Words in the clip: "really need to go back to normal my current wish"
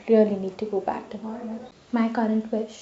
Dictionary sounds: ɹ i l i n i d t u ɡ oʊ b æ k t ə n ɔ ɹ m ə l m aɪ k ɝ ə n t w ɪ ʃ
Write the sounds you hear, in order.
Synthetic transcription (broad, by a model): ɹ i l i n i d t u ɡ oʊ b æ k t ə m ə n m aɪ k ɝ ə n t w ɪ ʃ